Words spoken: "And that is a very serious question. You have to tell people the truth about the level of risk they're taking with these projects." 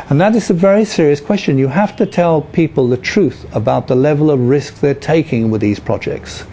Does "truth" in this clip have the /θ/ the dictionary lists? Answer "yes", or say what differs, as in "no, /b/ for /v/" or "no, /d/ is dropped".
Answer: yes